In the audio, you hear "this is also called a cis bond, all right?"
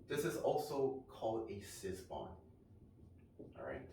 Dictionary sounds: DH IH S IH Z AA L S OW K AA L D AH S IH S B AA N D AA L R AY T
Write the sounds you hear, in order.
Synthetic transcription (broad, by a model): DH IH S IH Z AA L S OW K AA L D AH S IH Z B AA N AA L R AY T